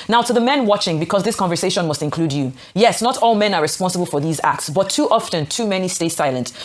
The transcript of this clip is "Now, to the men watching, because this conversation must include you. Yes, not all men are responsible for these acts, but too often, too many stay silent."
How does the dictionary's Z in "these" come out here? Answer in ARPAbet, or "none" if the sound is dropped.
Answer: Z